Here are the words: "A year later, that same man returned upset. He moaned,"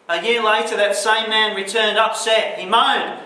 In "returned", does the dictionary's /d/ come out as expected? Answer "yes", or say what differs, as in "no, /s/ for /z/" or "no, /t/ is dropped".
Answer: yes